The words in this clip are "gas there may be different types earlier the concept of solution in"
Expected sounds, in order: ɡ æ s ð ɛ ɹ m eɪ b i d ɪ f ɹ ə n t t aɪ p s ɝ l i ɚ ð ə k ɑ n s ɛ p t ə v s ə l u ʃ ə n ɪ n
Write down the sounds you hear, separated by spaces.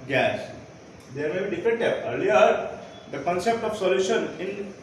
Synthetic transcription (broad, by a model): ɡ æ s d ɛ ɹ m eɪ b i d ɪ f ɹ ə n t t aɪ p ɝ l i ɚ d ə k ɑ n s ɛ p t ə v s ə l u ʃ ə n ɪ n